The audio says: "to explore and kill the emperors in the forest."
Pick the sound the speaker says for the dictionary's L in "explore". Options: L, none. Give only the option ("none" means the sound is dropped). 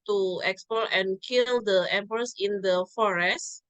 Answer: none